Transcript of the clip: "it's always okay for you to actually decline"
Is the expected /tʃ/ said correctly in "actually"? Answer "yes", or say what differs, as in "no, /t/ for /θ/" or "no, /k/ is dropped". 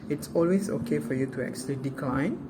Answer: no, /s/ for /tʃ/